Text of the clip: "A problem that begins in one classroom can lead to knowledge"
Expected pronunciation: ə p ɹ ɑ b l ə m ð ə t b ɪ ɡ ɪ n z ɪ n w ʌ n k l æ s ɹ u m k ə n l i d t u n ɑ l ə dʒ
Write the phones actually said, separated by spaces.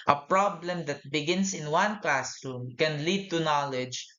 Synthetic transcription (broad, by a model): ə p ɹ ɑ b l ə m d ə t b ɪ ɡ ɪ n s ɪ n w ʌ n k l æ s ɹ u m k ə n l i d t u n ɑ l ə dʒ